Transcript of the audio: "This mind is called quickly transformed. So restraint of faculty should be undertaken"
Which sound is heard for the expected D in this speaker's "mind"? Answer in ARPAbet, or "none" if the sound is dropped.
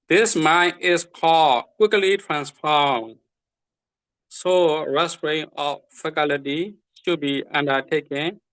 none